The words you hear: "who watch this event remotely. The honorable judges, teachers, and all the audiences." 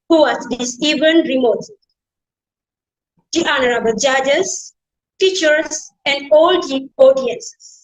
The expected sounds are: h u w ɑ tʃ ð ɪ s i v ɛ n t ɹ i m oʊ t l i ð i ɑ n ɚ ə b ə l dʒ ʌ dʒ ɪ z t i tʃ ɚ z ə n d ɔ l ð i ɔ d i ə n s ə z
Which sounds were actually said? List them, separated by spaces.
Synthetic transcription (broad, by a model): h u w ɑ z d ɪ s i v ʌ n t ɹ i m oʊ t i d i ɑ n ɚ ə b ə l dʒ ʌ dʒ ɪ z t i tʃ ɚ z ə n d ɔ l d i ɔ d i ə n s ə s